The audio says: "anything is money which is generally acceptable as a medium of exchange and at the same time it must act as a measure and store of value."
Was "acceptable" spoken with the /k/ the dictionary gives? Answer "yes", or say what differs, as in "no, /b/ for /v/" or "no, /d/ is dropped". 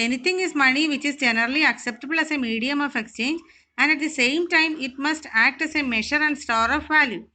yes